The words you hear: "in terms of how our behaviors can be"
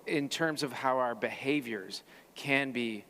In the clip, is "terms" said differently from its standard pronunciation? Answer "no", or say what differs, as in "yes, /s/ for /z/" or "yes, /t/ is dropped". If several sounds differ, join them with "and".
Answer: no